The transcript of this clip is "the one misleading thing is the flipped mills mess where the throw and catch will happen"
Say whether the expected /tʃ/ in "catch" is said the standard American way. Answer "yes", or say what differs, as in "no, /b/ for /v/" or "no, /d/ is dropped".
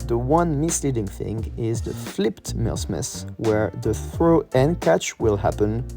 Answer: yes